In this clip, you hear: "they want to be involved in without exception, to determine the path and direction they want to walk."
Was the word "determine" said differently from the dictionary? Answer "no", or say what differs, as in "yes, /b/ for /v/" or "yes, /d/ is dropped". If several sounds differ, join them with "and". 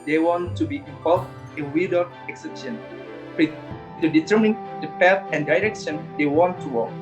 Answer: no